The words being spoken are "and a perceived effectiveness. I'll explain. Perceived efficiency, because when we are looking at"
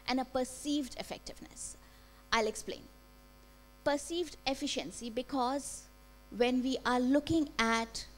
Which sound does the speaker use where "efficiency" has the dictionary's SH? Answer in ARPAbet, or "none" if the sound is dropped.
SH